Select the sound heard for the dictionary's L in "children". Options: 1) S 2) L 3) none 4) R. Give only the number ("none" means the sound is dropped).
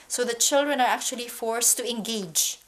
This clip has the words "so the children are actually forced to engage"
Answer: 2